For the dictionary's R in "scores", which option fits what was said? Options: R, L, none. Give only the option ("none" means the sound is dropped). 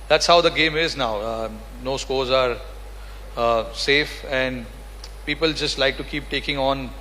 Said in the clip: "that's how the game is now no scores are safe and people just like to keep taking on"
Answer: R